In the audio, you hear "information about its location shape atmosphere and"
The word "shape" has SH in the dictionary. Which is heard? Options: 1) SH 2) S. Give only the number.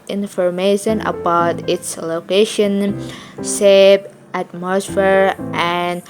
2